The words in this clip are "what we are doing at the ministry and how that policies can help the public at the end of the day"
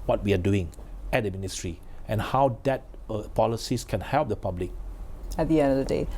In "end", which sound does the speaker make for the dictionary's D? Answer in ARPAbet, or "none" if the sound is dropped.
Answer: none